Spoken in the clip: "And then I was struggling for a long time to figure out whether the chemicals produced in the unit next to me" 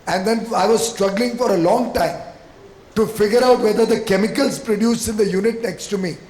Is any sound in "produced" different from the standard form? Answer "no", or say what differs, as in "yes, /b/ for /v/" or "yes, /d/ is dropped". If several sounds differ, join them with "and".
yes, /t/ is dropped